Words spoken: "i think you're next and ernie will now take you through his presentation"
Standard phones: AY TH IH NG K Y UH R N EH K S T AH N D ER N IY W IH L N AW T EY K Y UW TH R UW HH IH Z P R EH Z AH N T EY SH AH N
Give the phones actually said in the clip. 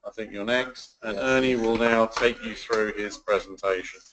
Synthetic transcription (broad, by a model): AY TH IH NG K Y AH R N EH K S T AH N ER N IY W IH L N AW T EY K Y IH TH R UW IH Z P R EH Z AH N T EY SH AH N